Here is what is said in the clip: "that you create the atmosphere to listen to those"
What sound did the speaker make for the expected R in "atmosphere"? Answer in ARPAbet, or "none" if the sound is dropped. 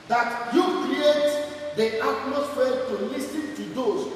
L